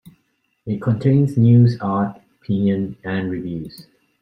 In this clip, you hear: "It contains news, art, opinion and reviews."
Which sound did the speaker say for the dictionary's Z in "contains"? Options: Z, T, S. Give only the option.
S